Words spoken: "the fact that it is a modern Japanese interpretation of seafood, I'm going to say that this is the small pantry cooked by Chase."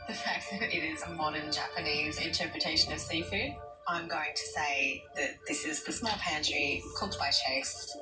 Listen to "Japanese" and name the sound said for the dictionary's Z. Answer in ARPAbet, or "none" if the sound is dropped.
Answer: Z